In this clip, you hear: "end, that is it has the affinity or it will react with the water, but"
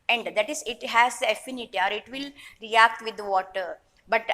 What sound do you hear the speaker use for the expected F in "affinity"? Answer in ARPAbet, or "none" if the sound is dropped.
F